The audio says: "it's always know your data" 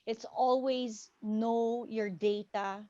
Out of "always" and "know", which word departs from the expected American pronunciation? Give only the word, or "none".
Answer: none